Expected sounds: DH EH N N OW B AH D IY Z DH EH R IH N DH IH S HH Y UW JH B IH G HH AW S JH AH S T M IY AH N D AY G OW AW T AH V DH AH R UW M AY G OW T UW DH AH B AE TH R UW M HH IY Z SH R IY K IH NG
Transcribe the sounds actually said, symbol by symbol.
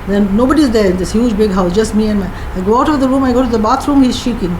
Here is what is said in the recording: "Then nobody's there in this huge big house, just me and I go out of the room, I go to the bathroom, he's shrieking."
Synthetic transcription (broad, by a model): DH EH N N OW B AH D IY Z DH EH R IH N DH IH S HH Y UW JH B IH G HH AW S JH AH S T M IY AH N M AY G OW AW T AH V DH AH R UW M AY G OW T UW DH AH B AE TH R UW M HH IY Z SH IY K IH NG